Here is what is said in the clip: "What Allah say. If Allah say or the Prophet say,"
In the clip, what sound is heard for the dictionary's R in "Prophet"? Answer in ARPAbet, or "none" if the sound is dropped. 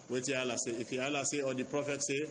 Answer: R